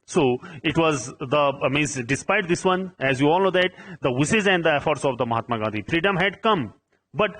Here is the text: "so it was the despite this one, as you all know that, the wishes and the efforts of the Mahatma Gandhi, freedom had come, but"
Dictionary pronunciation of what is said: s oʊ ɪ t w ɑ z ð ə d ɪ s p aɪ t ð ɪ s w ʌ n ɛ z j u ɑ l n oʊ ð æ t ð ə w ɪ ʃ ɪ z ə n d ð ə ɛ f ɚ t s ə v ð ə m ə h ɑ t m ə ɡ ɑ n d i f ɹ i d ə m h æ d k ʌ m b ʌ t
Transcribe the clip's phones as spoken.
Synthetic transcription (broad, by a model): s oʊ ɪ t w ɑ z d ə d ɪ s p aɪ t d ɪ s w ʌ n ɛ z j u ɑ l n oʊ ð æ t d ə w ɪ s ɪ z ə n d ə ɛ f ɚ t s ə v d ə m ə h ɑ t m ə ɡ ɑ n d i f ɹ i d ə m h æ d k ʌ m b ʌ t